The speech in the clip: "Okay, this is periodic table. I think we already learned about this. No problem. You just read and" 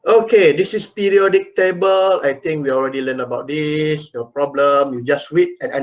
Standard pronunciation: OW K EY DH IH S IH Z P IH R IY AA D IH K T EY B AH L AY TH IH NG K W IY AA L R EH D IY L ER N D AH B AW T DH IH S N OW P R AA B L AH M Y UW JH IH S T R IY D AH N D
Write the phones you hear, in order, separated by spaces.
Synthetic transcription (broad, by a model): OW K EY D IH S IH S P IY R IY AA D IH K T EY B AH L AY T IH NG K W IY AA L R EH D IY L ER N AH B AW T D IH S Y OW P R AA B L AH M Y UW JH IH S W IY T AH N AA